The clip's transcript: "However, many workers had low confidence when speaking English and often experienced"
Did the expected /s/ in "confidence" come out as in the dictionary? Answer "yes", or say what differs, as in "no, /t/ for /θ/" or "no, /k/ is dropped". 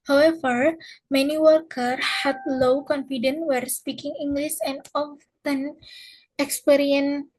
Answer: no, /s/ is dropped